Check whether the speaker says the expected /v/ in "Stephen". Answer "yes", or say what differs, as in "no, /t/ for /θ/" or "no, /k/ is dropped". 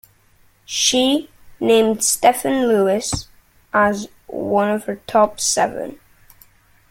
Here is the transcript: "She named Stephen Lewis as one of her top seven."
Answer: no, /f/ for /v/